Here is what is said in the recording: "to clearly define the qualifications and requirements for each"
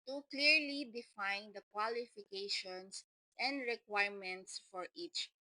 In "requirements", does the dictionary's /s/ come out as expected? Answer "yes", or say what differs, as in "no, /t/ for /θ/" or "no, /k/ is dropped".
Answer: yes